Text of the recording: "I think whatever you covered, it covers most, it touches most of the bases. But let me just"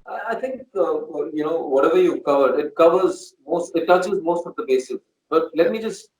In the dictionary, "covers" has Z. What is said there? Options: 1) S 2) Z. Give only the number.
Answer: 2